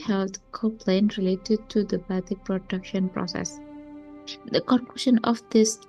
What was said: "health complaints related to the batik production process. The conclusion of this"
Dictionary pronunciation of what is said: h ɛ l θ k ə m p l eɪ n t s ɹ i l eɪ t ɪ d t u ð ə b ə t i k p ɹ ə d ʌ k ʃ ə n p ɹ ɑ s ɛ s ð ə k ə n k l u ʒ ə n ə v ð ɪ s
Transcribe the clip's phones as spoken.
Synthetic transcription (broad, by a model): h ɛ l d k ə p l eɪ n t ɹ i l eɪ t ɪ d t u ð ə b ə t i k p ɹ ə d ʌ k ʃ ə n p ɹ ɑ s ɛ s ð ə k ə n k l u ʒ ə n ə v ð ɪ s